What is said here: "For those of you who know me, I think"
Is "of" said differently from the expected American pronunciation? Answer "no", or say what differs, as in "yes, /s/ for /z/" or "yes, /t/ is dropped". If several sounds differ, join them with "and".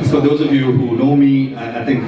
no